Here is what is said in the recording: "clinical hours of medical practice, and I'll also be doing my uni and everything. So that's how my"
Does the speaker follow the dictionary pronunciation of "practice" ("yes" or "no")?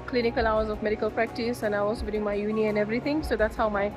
yes